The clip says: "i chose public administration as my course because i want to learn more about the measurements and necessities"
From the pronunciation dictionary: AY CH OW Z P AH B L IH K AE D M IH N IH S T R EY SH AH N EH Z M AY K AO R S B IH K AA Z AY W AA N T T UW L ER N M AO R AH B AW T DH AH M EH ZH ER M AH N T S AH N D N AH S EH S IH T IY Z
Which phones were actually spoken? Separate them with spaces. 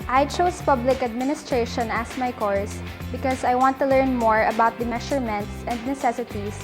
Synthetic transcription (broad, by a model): AY CH OW S P AH B L IH K AE D M IH N IH S T R EY SH AH N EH S M AY K AO R S B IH K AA S AY W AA N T T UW L ER N M AO R AH B AW T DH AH M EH SH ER M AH N T S AH N D N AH S EH S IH T IY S